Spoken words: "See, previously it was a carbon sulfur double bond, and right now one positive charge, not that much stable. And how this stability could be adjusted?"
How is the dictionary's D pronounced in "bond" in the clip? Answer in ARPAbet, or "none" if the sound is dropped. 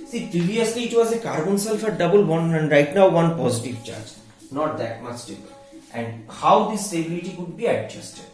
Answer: none